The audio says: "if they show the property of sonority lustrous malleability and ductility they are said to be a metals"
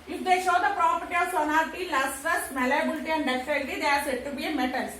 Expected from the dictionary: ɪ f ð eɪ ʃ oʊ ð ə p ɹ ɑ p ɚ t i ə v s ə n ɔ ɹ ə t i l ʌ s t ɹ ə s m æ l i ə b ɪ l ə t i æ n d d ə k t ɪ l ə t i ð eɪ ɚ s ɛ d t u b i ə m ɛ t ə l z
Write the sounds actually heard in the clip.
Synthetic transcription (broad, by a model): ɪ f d eɪ ʃ oʊ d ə p ɹ ɑ p ɚ t i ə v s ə n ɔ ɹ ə t i l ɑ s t ə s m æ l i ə b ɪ l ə t i æ n d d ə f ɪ n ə t i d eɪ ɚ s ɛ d t u b i ə m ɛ t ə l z